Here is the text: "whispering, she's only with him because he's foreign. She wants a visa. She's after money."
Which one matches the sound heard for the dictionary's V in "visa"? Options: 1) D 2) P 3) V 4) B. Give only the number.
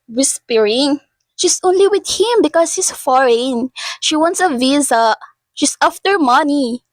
3